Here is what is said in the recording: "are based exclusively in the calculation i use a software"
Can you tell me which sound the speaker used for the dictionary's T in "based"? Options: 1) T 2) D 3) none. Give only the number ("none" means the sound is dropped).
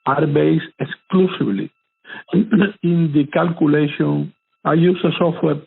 3